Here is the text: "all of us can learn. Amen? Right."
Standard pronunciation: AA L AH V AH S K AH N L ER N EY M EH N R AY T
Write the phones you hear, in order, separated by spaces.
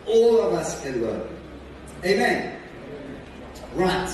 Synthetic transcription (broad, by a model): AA L AH V AH S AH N W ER EY M EH N R AY T